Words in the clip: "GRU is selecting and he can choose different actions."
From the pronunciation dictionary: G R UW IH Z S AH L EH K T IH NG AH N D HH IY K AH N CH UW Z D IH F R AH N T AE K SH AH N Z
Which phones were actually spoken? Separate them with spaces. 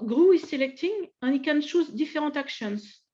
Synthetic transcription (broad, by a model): G R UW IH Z S AH L EH K T IH NG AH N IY K AH N SH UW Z D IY F R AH T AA K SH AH N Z